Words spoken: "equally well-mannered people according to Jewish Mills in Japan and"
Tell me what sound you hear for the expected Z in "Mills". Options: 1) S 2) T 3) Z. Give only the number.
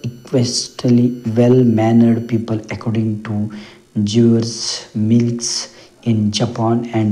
1